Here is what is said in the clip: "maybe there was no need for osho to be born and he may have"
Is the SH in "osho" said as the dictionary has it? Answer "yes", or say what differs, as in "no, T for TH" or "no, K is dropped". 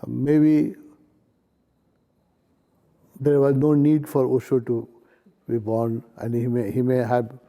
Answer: no, S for SH